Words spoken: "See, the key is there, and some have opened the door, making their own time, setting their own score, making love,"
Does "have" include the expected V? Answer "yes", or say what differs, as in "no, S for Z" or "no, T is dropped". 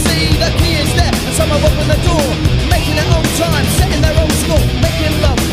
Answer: no, W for V